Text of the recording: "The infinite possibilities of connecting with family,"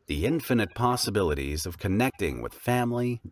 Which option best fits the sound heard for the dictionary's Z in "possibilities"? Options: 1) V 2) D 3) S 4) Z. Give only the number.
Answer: 4